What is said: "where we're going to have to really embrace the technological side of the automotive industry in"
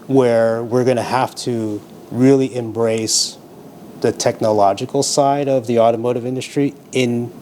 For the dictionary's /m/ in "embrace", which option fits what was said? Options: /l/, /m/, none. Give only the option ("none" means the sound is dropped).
/m/